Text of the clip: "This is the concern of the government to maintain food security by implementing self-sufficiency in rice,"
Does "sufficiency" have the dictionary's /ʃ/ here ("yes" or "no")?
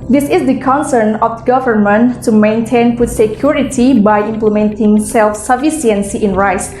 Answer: no